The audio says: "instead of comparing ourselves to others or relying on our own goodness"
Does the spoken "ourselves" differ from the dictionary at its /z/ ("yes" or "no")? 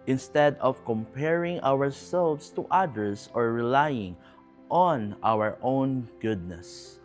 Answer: yes